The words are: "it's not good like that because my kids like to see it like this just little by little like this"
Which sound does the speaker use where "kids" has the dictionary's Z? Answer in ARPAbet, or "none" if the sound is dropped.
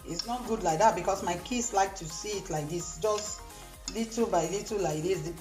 S